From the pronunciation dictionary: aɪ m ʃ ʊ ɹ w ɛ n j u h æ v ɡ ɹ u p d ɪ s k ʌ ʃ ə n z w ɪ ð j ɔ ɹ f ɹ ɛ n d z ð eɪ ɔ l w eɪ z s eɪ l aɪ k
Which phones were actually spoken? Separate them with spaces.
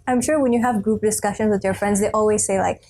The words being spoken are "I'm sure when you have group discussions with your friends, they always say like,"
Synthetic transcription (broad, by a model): aɪ m ʃ ʊ ɹ w ɛ n j u h æ v ɡ ɹ u p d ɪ s k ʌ ʃ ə n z w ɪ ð j ɔ ɹ f ɹ ɛ n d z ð eɪ ɔ l w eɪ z s eɪ l aɪ k